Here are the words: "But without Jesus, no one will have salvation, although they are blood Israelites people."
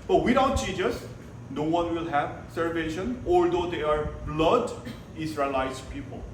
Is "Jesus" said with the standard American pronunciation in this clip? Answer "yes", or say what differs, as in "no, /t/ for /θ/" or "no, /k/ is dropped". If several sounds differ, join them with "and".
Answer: no, /tʃ/ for /dʒ/